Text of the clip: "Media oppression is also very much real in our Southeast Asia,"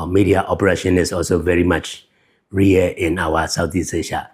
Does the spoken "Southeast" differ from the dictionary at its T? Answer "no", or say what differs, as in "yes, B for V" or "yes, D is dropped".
yes, T is dropped